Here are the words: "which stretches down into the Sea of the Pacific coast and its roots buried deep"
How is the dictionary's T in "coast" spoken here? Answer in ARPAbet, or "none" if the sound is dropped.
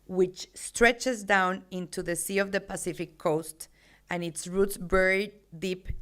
T